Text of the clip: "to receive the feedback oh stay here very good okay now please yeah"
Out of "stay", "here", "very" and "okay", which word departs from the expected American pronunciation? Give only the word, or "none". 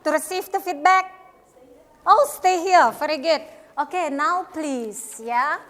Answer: very